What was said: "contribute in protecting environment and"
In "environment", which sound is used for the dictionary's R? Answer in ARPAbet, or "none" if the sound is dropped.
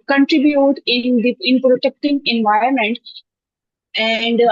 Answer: none